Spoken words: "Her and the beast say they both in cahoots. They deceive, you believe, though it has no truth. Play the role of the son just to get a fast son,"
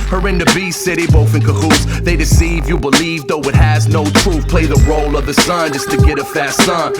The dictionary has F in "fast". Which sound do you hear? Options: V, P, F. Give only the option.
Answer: F